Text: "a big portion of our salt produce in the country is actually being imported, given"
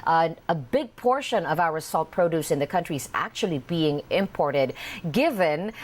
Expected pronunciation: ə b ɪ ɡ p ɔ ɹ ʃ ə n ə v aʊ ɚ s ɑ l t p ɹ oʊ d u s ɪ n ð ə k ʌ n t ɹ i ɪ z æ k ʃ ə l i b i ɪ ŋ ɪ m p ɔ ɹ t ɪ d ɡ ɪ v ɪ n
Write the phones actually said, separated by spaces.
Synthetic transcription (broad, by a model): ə b ɪ ɡ p ɔ ɹ ʃ ə n ə v aʊ ɚ s ɑ l t p ɹ oʊ d u s ɪ n ð ə k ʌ n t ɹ i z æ k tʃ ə l i b i ɪ ŋ ɪ m p ɔ ɹ t ɪ d ɡ ɪ v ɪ n